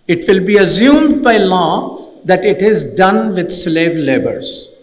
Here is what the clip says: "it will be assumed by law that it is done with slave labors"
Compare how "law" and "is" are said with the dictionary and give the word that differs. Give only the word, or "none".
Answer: none